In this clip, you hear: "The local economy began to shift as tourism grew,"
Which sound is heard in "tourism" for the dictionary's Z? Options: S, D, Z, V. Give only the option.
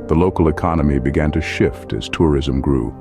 Z